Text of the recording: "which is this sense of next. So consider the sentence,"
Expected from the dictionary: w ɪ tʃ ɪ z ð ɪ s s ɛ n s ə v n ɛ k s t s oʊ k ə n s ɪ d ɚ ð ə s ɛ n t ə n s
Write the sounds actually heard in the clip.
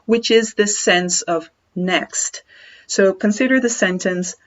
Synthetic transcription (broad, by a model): w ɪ tʃ ɪ z ð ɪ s s ɛ n s ə v n ɛ k s t s oʊ k ə n s ɪ d ɚ ð ə s ɛ n t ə n s